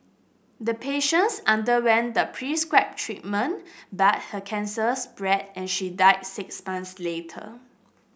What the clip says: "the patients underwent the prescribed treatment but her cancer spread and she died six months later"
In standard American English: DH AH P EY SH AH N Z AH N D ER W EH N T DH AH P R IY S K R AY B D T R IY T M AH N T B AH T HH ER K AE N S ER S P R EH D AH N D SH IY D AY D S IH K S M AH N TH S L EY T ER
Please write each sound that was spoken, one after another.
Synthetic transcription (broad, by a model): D AH P EY SH AH N S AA N D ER W EH N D AH P R IY S K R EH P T R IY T M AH N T B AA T HH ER K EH N S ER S B R EH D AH N SH IY D AY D S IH K S M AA N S L EY T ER